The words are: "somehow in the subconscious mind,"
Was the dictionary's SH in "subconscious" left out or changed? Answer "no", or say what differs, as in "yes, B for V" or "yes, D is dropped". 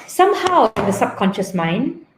no